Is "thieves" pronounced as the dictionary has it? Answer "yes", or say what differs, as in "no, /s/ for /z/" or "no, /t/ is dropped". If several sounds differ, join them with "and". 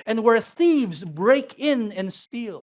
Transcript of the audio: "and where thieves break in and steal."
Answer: yes